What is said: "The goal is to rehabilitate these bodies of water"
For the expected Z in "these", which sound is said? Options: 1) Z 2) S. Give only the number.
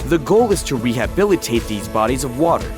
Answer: 1